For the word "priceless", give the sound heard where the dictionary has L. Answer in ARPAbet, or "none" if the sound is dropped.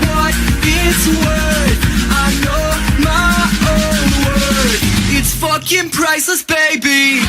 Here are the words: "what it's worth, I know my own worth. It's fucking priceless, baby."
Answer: none